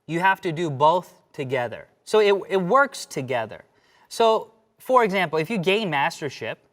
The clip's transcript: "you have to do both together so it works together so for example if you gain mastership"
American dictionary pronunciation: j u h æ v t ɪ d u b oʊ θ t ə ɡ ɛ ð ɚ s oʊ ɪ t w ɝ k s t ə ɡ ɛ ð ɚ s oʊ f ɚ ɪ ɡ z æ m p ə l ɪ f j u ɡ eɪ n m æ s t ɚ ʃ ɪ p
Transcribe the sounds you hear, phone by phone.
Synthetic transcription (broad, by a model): j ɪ h æ f t ɪ d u b oʊ θ t ə ɡ ɛ ð ɚ s oʊ ɪ t w ɝ k s t ə ɡ ɛ ð ɚ s oʊ f ɚ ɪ ɡ z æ m p l ɪ f j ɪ ɡ eɪ n m æ s t ɚ ʃ ɪ p